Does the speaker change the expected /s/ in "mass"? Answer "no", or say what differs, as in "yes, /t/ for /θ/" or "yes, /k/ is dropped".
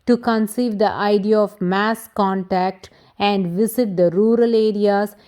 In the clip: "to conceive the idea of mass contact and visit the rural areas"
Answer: no